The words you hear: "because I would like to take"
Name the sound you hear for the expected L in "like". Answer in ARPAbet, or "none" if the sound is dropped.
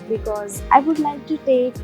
N